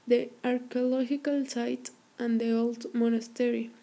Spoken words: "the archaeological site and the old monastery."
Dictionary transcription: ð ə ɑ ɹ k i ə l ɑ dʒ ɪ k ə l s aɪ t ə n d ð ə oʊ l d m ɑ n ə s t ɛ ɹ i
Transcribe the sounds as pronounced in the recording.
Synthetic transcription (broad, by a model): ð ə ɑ ɹ k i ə l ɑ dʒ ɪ k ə l s aɪ t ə n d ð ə oʊ l d m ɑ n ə s t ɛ ɹ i